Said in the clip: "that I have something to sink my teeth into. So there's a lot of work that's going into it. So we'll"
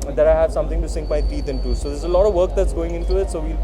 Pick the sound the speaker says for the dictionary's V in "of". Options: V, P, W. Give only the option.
V